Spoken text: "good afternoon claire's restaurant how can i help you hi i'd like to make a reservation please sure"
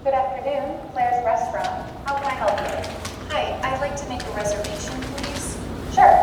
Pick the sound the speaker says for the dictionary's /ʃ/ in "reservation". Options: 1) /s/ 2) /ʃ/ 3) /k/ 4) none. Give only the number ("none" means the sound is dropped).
2